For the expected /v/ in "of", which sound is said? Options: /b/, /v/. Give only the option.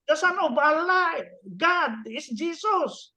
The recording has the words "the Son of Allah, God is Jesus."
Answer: /b/